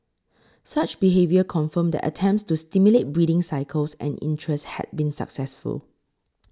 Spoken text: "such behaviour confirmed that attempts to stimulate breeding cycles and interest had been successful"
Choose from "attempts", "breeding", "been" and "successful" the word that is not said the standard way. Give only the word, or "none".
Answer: none